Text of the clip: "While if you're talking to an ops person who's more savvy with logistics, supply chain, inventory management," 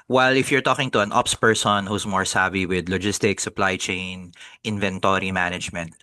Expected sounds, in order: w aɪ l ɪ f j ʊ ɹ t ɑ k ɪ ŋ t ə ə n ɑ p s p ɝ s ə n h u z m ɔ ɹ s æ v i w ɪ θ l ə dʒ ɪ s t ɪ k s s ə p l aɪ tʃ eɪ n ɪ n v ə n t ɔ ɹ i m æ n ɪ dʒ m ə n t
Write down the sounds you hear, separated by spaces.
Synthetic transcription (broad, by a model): w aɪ l ɪ f j ʊ ɹ t ɑ k ɪ ŋ t ə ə n ɑ p s p ɝ s ə n h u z m ɔ ɹ s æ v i w ɪ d l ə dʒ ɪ s t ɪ k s s ə p l aɪ tʃ eɪ n ɪ n v ə n t ɔ ɹ i m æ n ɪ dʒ m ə n t